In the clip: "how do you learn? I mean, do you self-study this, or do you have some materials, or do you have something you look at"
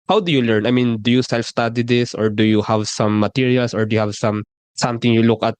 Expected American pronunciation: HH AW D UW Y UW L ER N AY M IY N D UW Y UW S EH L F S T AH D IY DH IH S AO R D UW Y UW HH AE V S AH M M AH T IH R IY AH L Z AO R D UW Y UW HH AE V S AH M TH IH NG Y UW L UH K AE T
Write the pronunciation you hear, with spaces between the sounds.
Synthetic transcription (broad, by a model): HH AW D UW Y UW L ER N AY M IY N D UW Y UW S EH L F S T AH D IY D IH S AO R D UW Y UW HH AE V S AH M M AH T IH R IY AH L S AO R D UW Y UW HH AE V S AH M T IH NG Y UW L UH K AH T